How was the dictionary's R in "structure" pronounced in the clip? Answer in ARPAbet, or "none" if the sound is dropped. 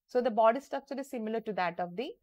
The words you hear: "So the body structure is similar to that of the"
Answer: none